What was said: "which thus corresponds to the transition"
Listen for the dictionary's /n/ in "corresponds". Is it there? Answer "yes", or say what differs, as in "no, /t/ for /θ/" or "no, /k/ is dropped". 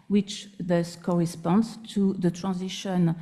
yes